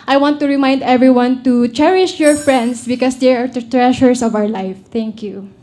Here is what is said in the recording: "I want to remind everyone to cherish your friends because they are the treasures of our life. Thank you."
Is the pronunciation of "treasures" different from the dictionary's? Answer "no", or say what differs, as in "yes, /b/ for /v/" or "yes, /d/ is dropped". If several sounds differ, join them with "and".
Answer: yes, /s/ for /z/